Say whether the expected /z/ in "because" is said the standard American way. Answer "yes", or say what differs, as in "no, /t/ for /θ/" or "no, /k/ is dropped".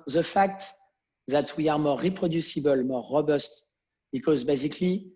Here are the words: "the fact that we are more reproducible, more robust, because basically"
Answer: yes